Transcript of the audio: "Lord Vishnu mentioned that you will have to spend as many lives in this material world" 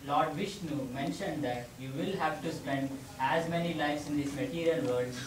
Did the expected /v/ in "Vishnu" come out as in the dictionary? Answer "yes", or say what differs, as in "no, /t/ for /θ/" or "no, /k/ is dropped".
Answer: yes